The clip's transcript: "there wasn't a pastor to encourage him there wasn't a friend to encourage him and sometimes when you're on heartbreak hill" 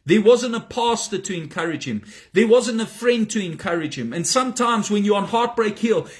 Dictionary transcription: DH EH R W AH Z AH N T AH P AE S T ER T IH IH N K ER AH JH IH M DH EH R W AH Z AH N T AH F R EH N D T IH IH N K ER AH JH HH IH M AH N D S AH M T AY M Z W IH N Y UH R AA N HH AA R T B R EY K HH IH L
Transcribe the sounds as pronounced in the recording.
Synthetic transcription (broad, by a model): DH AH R W AH Z AH N T AH P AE S T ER T IH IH N K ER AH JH IH M DH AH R W AH Z AH N T AH F R EH N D T IH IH N K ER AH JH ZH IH M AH N S AH M T AY M Z W IH N Y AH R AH N HH AA R T B R EY K HH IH L